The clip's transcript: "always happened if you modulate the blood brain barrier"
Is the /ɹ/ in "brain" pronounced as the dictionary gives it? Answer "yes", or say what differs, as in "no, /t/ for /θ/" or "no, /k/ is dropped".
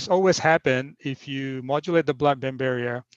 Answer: no, /ɹ/ is dropped